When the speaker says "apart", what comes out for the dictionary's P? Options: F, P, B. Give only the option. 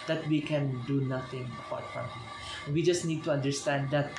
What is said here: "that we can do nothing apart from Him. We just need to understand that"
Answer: B